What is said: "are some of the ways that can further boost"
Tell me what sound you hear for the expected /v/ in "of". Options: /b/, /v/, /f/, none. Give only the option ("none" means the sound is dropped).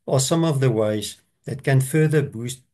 /v/